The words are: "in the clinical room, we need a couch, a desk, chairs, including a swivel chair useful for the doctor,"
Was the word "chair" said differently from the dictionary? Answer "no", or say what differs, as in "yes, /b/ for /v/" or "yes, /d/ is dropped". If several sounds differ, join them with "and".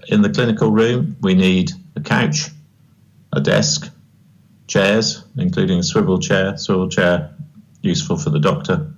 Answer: yes, /w/ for /ɹ/